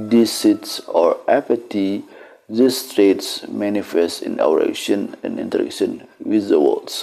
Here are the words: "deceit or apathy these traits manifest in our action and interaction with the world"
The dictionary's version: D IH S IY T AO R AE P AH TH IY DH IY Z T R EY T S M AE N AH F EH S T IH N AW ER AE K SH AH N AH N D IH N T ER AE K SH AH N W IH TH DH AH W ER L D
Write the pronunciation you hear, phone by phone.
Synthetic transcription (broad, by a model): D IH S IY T AO R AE P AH T IY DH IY S T R EY T S M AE N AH F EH S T IH N AW ER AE K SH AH N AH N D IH N T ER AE K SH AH N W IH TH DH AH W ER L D